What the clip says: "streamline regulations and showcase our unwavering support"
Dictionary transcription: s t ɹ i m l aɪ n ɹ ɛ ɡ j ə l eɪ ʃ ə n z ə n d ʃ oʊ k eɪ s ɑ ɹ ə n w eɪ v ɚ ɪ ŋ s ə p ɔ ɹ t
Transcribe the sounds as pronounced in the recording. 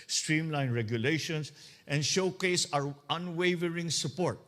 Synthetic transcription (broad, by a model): s t ɹ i m l aɪ n ɹ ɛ ɡ j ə l eɪ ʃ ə n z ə n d ʃ oʊ k eɪ s ɑ ɹ ə n w eɪ v ɚ ɪ ŋ s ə p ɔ ɹ t